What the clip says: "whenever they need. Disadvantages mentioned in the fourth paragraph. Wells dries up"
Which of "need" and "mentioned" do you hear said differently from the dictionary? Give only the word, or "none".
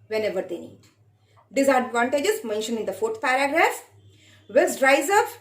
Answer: mentioned